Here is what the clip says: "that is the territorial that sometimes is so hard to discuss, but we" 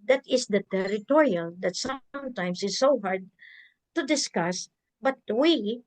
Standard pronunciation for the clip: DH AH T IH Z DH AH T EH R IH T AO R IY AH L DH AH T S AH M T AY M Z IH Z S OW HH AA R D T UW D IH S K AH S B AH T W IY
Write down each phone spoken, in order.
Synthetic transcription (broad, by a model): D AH T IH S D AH T EH R IH T AO R IY AH L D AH T S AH M T AY M S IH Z S OW HH AA R D T UW D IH S K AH S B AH T W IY